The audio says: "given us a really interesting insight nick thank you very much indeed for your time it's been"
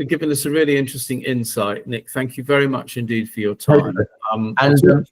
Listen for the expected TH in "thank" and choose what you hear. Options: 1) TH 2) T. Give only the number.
1